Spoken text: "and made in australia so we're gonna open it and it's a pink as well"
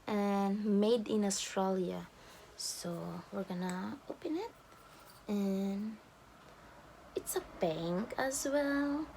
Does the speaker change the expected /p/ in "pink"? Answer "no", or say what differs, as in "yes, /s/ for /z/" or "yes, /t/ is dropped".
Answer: yes, /b/ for /p/